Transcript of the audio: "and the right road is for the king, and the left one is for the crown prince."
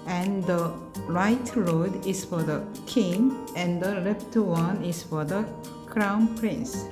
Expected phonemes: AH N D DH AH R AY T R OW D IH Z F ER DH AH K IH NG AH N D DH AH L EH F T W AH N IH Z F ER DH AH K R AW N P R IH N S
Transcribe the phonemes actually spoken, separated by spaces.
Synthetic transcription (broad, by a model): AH N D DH AH R AY T R OW D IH S F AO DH AH K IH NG AH N D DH AH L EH P T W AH N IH S F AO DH AH K R AW N P R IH N S